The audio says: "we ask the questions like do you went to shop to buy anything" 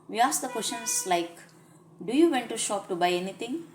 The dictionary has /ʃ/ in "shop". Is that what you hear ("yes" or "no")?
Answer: yes